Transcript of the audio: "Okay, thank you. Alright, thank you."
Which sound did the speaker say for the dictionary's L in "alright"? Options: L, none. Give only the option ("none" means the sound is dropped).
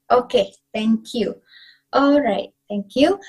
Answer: L